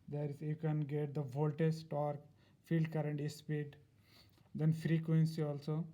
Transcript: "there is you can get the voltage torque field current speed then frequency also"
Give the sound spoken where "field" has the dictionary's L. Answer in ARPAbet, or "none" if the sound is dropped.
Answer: L